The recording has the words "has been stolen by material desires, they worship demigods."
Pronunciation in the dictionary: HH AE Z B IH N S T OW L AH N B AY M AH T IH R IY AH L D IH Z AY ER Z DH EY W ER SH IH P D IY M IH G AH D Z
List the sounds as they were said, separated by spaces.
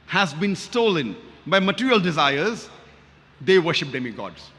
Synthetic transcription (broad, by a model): HH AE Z B IH N S T OW L AH N B AY M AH T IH R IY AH L D IH Z AY ER Z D EY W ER SH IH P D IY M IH G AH D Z